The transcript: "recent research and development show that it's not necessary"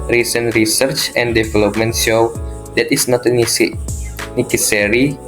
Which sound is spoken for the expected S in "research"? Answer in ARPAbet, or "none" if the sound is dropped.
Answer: S